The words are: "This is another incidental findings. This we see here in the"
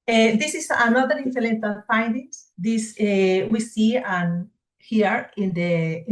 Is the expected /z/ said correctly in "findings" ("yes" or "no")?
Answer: no